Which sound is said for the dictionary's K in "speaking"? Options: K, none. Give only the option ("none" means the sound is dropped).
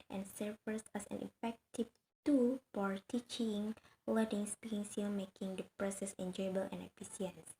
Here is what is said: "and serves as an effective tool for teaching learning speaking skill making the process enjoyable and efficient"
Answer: none